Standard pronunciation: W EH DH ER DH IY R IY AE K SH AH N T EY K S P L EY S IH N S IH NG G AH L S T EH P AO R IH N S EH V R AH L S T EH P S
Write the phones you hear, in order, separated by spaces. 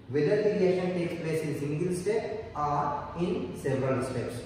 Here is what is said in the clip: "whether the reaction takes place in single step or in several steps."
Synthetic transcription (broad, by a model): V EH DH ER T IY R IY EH SH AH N T EY K S P L EY S IH N S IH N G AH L S T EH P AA R IH N S EH V R AH L S T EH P S